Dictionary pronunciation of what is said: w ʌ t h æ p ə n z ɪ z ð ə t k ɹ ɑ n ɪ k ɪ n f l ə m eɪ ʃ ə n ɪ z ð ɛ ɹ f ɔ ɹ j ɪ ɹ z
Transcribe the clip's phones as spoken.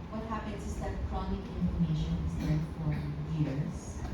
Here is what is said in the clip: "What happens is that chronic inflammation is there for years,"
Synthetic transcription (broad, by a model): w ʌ t h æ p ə n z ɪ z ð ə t k ɹ ɑ n ɪ k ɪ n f ə m eɪ ʃ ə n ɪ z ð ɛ f ɔ ɹ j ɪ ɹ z